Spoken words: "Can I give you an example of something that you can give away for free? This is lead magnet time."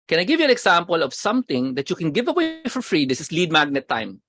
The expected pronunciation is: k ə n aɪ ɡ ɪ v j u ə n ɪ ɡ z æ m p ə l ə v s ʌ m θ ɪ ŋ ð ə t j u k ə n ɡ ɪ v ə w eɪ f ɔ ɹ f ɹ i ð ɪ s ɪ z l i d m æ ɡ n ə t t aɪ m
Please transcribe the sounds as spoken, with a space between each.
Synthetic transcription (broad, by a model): k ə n aɪ ɡ ɪ v j u ə n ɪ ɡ s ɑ m p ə l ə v s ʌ m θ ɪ ŋ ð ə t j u k ə n ɡ ɪ v ə w eɪ f ɔ ɹ f ɹ i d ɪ s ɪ s l i d m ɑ ɡ n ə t t aɪ m